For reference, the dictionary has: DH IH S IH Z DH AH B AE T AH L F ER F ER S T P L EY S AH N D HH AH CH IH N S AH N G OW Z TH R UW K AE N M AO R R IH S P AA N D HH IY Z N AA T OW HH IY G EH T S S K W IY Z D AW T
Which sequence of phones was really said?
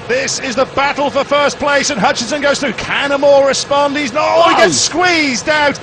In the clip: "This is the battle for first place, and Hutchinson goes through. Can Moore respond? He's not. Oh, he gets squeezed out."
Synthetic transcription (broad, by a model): DH IH S IH Z DH AH B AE T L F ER F ER S P L EY S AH N HH AH CH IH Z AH N G OW Z TH R UW K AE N M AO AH R IH S P AA N D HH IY Z N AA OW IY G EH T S S K W IY Z D AW T